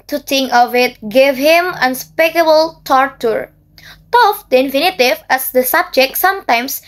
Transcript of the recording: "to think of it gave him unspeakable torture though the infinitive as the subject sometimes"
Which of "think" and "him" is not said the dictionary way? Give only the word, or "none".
think